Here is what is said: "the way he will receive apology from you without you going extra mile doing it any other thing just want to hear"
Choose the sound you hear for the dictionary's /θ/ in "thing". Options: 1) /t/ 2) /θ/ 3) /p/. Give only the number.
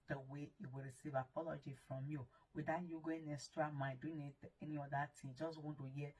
1